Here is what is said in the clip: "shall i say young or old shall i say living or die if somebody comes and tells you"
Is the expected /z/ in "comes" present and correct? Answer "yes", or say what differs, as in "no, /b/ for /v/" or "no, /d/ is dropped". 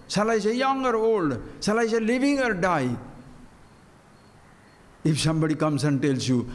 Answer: no, /s/ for /z/